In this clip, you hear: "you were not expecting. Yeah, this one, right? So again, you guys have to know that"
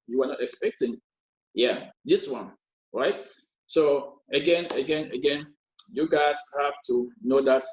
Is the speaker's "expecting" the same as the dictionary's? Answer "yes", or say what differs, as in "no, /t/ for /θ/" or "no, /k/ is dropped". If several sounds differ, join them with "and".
yes